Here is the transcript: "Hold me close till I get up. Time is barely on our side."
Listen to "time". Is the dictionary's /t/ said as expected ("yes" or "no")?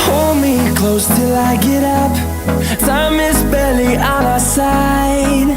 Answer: no